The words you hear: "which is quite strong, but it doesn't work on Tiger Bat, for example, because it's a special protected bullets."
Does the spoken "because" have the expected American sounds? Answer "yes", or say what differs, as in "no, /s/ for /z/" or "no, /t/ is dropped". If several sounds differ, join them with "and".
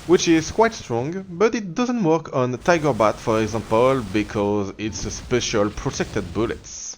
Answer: yes